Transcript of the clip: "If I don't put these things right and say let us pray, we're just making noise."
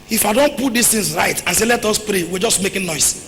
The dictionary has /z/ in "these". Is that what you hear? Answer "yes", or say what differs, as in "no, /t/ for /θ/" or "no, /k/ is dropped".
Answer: no, /s/ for /z/